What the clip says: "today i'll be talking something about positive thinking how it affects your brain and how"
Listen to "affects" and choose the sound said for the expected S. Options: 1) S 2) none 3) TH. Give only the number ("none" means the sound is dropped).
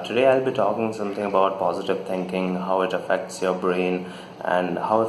1